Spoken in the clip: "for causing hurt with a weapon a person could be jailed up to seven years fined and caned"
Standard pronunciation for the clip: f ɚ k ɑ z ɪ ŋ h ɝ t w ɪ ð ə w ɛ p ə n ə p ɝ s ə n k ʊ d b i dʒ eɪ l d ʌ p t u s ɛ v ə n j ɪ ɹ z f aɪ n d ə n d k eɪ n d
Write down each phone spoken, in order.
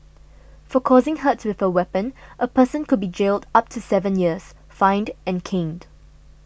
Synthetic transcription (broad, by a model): f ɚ k ɑ z ɪ ŋ h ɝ t w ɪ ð ə w ɛ p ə n ə p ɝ s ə n k ʊ d b i dʒ eɪ l d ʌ p t u s ɛ v ə n j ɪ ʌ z f aɪ n d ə n k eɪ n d